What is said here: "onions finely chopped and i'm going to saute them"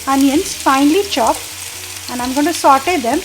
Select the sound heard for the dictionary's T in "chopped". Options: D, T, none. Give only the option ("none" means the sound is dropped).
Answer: none